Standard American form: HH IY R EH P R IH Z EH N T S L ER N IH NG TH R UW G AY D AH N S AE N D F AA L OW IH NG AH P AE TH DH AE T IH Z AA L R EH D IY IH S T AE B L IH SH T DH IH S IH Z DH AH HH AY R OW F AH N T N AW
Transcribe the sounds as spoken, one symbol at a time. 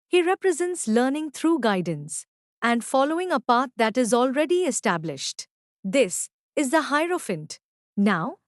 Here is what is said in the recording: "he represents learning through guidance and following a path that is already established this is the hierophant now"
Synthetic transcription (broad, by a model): HH IY R EH P R IH Z EH N T S L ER N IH NG T R UW G AY D AH N S AE N D F AA L OW IH NG AH P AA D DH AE T IH Z AA L R EH D IY IH S T AE B L IH SH T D IH S IH Z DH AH HH AY R OW F AH N T N AW